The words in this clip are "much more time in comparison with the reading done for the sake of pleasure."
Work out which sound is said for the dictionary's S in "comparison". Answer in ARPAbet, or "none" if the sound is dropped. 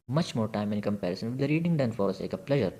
S